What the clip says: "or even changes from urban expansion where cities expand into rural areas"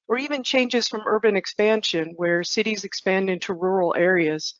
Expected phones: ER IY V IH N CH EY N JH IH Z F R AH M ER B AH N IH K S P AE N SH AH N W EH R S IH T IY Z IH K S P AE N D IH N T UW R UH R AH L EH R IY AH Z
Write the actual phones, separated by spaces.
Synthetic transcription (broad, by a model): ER IY V IH N CH EY N JH IH Z F R AH M ER B AH N IH K S P AE N SH AH N W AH R S IH T IY Z IH K S P AE N D IH N T UW R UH R L EH R IY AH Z